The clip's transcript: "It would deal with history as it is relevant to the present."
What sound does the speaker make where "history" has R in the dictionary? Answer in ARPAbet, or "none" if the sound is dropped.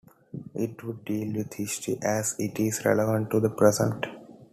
none